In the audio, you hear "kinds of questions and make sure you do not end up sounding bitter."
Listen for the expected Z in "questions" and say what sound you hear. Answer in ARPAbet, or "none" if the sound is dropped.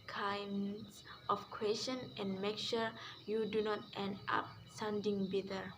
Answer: none